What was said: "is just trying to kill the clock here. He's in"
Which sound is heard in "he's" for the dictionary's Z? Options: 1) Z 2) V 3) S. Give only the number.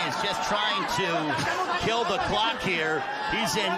1